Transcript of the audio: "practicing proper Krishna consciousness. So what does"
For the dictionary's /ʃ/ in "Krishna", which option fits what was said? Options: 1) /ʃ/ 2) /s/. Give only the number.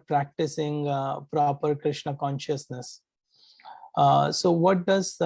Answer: 1